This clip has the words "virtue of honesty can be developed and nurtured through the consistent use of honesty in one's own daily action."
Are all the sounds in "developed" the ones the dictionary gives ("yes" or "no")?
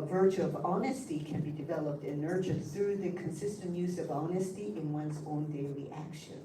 yes